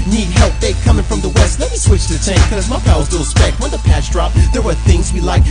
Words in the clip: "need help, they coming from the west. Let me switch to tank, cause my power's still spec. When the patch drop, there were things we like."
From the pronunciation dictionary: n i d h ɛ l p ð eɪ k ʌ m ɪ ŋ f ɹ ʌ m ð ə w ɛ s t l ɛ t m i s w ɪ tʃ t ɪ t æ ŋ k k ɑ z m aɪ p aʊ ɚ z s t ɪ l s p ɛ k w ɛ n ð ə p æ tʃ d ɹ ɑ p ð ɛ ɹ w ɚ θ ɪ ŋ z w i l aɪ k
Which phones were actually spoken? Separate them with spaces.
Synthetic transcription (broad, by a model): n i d h ɛ l p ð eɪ k ʌ m ɪ ŋ f ɹ ʌ m ð ə w ɛ s t l ɛ t m i s w ɪ tʃ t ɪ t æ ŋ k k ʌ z m aɪ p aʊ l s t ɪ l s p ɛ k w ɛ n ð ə p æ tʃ d ɹ ɑ p ð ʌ ɹ w ɚ θ ɪ ŋ z w i l aɪ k